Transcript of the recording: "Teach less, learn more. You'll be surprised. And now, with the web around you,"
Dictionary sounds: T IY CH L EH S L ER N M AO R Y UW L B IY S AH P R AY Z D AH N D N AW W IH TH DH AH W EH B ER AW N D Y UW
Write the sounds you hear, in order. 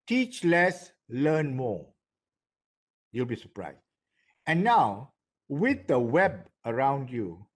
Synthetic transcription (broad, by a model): T IY CH L EH S L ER N M AO Y UW L B IY S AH P R AY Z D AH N N AW W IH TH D AH W EH B ER AW N D Y UW